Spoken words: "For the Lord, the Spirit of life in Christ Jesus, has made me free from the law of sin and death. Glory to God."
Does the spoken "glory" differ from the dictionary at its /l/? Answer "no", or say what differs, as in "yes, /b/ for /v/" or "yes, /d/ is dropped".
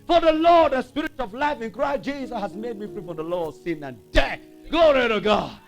yes, /l/ is dropped